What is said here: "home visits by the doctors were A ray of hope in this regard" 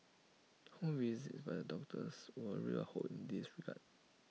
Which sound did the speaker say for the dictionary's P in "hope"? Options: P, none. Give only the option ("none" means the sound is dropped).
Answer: none